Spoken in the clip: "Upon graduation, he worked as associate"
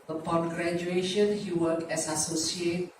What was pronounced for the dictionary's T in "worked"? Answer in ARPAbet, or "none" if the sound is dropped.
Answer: none